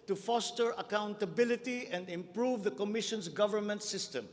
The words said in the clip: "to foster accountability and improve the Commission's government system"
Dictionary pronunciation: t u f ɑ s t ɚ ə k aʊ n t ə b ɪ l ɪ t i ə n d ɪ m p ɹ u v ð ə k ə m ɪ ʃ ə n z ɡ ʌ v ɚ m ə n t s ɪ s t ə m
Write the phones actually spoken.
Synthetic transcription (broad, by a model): t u f ɑ s t ɚ ə k aʊ n t ə b ɪ l ɪ t i ə n d ɪ m p ɹ u v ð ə k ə m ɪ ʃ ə n s ɡ ʌ v ɚ m ə n t s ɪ s t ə m